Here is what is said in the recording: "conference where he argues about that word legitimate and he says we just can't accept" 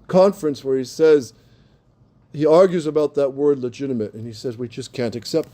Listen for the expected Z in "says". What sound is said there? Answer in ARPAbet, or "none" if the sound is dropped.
Z